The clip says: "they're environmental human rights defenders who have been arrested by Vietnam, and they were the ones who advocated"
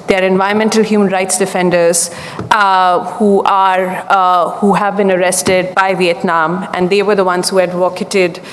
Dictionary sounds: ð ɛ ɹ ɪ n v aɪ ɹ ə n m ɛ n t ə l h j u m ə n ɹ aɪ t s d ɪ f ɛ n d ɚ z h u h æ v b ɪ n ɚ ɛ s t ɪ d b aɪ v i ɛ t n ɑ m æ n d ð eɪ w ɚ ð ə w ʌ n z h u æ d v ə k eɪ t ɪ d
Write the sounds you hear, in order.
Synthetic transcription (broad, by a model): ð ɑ ɹ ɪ n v aɪ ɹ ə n m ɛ n t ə l h j u m ə n ɹ aɪ t s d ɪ f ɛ n d ɚ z h u h æ v b ɪ n ɚ ɛ s t ɪ d b aɪ v i ɛ t n ɑ m æ n d eɪ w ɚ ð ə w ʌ n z h u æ d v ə k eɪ t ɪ d